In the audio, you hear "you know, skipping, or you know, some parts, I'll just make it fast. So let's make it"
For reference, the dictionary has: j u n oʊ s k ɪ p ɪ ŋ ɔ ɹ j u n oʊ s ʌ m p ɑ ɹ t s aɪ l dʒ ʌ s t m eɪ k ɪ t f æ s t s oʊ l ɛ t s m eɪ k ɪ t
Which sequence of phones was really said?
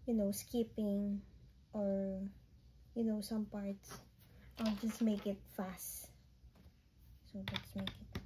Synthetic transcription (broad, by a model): j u n oʊ s k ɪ p ɪ ŋ ɔ ɹ j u n oʊ s ʌ m p ɑ ɹ t s aɪ l dʒ ʌ s t m eɪ k ɪ t f æ s t s oʊ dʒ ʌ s m eɪ k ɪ t